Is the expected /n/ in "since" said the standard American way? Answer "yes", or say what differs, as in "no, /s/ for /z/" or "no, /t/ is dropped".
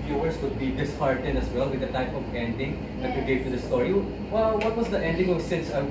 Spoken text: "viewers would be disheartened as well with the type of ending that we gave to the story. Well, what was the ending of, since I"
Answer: no, /n/ is dropped